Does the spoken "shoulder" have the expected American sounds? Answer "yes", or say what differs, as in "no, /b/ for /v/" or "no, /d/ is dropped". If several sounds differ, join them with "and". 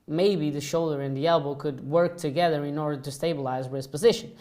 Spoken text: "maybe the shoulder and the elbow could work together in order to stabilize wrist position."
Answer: yes